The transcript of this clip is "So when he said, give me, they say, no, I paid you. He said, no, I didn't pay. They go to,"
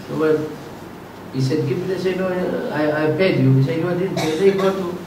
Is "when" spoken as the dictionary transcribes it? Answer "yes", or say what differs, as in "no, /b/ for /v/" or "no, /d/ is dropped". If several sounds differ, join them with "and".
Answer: no, /l/ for /n/